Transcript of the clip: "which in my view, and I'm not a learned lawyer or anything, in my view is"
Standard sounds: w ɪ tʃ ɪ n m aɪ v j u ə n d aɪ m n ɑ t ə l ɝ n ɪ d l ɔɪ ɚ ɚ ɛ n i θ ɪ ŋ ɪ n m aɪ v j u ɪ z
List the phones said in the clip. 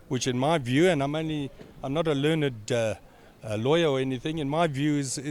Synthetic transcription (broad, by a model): w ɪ tʃ ɪ n m aɪ v j u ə n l aɪ m n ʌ t ə l ɝ n ɪ d l ɔɪ ɚ ɚ ɛ n i θ ɪ ŋ ɪ n m aɪ v j u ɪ z